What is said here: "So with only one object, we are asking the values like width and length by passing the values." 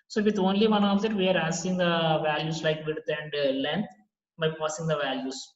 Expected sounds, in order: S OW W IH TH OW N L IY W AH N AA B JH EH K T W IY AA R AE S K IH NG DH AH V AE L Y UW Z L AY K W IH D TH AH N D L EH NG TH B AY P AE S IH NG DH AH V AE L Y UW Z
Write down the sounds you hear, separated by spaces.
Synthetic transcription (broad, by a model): S OW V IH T OW N L IY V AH N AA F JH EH T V IY AA R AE S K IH NG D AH V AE L Y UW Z L AY K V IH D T AH N D L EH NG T B AY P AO S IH NG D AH V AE L Y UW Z